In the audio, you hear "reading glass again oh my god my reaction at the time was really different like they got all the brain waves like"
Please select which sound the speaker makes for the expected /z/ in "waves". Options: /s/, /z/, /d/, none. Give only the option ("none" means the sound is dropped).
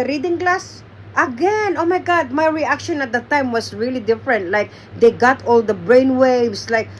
/s/